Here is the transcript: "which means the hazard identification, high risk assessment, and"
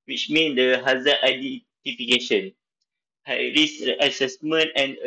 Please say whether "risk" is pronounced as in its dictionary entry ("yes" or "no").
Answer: no